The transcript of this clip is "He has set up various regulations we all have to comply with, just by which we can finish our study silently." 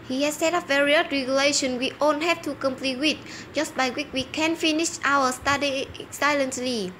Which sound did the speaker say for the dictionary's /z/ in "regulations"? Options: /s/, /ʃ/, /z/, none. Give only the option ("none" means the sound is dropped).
none